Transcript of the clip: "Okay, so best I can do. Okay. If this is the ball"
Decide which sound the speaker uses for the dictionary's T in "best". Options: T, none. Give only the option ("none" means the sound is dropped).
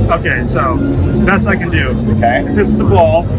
none